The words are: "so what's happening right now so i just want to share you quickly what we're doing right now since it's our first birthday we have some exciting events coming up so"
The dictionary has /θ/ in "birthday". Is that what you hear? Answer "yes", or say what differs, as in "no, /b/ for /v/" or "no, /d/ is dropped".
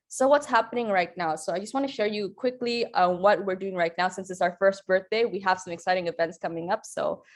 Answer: yes